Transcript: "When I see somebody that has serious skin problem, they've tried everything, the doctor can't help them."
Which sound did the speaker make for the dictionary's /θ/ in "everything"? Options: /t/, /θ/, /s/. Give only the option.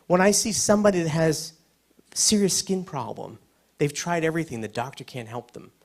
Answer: /θ/